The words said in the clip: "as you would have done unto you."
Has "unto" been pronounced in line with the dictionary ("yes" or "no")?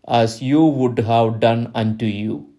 yes